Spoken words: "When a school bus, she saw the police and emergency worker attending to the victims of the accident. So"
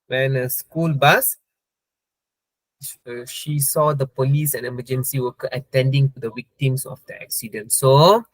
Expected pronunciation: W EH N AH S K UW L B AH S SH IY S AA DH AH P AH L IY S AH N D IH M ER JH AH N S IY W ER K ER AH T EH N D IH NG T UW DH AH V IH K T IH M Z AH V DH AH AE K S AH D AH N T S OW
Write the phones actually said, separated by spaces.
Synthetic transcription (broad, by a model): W EH N AH S K UW L B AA S SH IY S AA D AH P AH L IY S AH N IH M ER JH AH N S IY W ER K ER AH T EH N D IH NG T UW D AH W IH K T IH M S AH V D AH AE K S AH D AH N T S OW